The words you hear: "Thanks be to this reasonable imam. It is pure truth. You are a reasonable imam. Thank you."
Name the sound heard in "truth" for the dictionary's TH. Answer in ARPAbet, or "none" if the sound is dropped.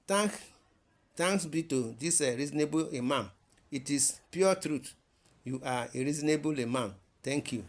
T